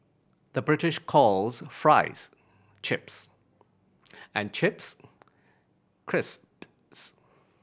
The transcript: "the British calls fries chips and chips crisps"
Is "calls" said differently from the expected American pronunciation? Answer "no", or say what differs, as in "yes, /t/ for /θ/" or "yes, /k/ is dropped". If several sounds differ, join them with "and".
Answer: no